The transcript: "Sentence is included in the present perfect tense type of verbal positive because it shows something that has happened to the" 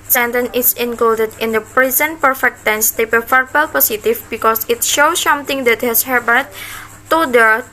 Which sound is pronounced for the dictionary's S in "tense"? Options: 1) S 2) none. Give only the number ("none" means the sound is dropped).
1